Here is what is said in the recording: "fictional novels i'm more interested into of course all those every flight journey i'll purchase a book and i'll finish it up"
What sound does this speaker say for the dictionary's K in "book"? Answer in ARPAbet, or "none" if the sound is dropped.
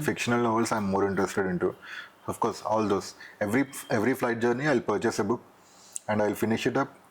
none